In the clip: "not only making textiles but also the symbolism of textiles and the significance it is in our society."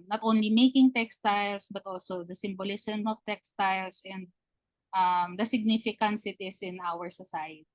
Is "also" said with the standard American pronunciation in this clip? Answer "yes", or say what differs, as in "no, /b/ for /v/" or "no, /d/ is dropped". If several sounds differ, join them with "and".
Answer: yes